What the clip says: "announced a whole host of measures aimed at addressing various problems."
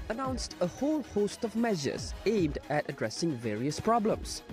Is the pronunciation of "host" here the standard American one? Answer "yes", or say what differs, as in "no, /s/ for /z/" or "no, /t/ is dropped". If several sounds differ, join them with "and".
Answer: yes